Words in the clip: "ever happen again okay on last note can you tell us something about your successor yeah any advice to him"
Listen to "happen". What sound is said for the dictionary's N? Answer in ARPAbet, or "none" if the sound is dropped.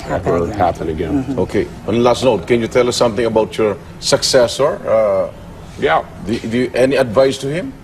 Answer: L